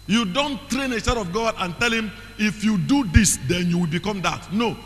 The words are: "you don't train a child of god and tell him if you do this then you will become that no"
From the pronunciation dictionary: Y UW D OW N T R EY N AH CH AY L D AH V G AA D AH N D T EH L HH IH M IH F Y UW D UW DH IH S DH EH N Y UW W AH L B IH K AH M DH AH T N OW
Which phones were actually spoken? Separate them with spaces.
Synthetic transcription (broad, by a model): Y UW D OW N T R EY N AH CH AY D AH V G AA D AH N T EH L HH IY M IH F Y UW D UW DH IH S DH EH N Y UW W AH L B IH K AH M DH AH T N OW